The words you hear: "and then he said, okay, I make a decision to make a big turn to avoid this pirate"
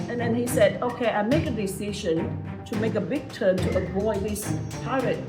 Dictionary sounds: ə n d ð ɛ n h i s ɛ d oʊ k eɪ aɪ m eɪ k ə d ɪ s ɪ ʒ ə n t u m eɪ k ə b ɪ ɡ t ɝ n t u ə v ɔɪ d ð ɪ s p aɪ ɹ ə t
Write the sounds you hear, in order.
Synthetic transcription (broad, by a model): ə n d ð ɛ n h i s ɛ d oʊ k eɪ aɪ m eɪ k ə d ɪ s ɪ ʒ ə n t u m eɪ k ə b ɪ ɡ t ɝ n t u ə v ɔɪ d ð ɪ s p aɪ ɹ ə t